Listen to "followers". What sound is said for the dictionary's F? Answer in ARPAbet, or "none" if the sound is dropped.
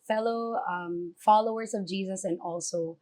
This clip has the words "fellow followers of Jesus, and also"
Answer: F